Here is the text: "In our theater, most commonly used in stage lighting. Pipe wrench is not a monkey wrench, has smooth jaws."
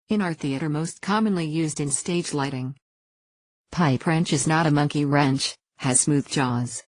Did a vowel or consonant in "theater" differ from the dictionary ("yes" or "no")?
no